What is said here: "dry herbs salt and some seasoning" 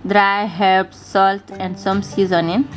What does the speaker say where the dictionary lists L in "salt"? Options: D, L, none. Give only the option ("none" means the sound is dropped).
L